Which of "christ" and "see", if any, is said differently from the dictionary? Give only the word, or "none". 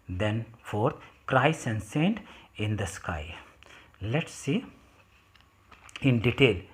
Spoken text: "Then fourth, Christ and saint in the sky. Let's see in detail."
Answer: christ